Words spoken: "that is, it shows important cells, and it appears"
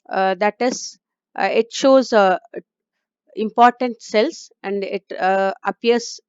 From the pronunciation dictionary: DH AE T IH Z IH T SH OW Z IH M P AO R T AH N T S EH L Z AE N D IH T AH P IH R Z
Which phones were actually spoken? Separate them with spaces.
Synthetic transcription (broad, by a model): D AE T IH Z IH T SH OW Z IH M P AO R T AH N T S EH L S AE N D IH T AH P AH R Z